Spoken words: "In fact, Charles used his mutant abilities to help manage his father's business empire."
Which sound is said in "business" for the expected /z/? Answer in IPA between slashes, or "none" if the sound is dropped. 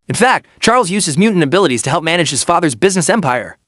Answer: /z/